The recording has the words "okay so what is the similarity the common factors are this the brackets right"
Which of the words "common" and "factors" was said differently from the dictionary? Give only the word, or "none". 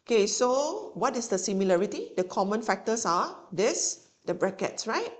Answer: factors